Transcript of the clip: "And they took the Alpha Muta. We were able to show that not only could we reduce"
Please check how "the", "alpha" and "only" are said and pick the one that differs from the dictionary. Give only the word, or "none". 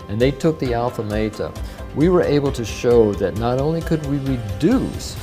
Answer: none